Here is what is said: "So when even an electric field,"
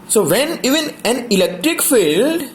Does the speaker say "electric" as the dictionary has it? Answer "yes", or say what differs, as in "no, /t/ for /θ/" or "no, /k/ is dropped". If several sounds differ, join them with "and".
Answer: yes